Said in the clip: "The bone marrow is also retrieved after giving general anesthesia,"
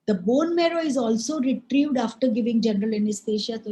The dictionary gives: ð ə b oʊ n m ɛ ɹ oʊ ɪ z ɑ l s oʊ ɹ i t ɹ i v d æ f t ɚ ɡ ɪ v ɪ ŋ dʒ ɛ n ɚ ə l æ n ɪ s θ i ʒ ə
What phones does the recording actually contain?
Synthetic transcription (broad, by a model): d ə b oʊ n m ɛ ɹ oʊ ɪ z ɑ l s oʊ ɹ i t ɹ i v d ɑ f t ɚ ɡ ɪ v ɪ ŋ dʒ ɛ n ɚ ə l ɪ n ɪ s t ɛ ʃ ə